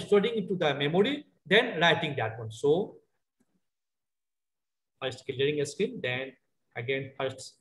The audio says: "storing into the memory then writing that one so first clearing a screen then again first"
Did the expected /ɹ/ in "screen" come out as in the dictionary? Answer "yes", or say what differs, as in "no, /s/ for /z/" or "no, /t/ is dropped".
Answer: no, /ɹ/ is dropped